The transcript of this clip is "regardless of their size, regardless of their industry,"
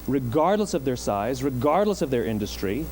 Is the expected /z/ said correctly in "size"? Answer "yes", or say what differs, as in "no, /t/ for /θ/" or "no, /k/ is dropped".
yes